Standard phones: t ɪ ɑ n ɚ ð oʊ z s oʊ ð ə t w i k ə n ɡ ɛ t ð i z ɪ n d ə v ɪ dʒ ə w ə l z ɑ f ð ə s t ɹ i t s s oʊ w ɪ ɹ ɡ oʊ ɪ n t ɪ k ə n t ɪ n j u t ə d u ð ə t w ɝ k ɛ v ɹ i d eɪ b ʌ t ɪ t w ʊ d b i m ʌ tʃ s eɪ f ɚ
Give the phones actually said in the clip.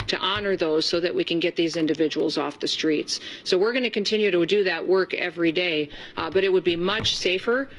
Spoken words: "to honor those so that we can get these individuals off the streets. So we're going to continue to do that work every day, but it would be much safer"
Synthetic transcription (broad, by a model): t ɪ ɑ n ɚ ð oʊ z s oʊ ð ə t w i k ə n ɡ ɛ t ð i z ɪ n d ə v ɪ dʒ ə w l z ɑ f ð ə s t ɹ i t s s oʊ w ɪ ɹ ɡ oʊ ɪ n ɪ k ə n t ɪ n j u t ə d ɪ ð ə t w ɝ k ɛ v ɹ i d eɪ b ʌ t ɪ t w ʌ d b i m ʌ tʃ s eɪ f ɚ